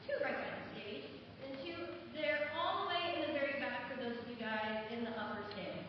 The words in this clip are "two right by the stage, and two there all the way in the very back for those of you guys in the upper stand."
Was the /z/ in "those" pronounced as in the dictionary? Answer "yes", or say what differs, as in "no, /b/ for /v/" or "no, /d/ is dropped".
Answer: no, /z/ is dropped